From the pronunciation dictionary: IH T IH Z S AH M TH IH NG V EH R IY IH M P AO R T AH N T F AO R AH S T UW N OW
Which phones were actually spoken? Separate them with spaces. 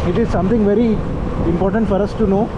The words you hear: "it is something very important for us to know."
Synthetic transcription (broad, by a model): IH T IH Z S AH M T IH NG V EH R IY IH M P AO R T AH N T F AO R AH S T UW N OW